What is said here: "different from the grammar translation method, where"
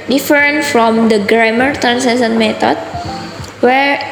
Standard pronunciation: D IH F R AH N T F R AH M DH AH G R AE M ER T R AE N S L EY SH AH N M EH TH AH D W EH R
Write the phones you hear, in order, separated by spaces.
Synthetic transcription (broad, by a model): D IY F R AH N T F R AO M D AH G R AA M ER T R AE N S EY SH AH N M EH T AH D W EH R